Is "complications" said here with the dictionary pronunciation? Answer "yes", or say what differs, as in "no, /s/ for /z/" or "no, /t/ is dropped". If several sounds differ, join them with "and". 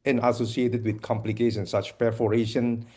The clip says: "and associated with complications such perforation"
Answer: no, /s/ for /ʃ/